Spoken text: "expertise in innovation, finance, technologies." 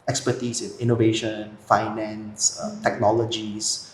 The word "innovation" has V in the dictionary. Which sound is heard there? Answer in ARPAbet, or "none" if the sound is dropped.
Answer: V